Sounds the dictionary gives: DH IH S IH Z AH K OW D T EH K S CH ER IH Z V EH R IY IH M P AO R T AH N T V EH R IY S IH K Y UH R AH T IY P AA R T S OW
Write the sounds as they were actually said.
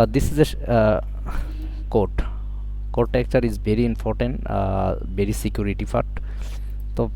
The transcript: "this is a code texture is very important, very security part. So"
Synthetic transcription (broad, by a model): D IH S IH Z AH K OW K T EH K CH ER IH Z V EH R IY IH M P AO R T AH N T V EH R IY S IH K Y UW R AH T IY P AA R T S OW